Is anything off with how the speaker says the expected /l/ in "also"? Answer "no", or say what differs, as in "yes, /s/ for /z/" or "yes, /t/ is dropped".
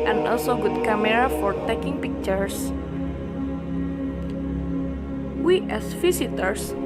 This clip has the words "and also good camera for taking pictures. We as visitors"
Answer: no